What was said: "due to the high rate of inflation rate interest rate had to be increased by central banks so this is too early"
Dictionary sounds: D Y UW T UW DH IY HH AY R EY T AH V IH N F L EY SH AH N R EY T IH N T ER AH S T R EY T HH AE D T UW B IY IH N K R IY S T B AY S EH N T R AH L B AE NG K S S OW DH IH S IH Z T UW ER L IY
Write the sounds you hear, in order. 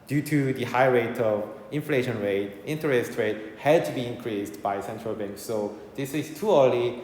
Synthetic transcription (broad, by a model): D Y UW T UW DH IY HH AY R EY T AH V IH N F L EY SH AH N R EY T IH N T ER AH S T R EY T HH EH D T UW B IY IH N K R IY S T B AY S EH N T R AH L B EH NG K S S OW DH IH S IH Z T UW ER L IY